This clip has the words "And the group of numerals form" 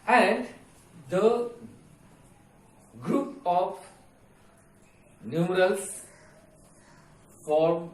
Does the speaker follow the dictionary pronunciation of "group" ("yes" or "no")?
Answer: yes